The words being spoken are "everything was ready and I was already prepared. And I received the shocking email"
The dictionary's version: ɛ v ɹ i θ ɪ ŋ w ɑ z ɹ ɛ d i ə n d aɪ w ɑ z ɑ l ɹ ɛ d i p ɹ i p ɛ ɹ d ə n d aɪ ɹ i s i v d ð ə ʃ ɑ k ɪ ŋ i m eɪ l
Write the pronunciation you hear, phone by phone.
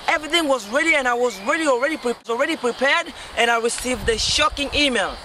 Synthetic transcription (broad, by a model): ɛ v ɹ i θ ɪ ŋ w ɑ z ɹ ɛ d i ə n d aɪ w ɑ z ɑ l ɹ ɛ d i p ɹ i p ɛ ɹ d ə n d aɪ ɹ i s i v d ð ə ʃ ɑ k ɪ ŋ i m eɪ l